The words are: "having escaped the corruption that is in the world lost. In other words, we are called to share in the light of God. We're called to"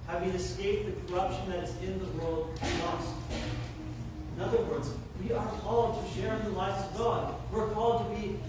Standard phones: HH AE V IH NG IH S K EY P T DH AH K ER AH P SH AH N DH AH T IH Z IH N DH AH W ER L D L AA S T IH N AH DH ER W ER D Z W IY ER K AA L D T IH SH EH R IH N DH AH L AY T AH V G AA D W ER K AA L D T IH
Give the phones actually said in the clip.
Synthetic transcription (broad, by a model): HH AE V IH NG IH S K EY P DH AH K ER AH P SH AH N DH AH T IH Z IH N DH AH W ER L D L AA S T IH N AH DH ER W ER D Z W IY ER K AA L D T IH SH EH R IH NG DH AH L AY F AH V G AA D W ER K AA L D T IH